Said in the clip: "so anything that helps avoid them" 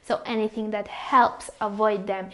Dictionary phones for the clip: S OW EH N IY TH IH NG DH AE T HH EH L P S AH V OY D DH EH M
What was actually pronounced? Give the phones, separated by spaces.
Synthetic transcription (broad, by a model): S OW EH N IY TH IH NG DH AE T HH EH L P S AH V OY D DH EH M